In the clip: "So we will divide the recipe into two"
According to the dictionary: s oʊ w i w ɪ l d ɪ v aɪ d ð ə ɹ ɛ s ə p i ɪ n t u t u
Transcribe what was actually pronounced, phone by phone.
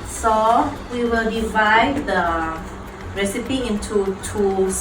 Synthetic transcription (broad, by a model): s oʊ w i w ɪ l d ɪ v aɪ d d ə ɹ ɛ s ə p i ɪ n t u t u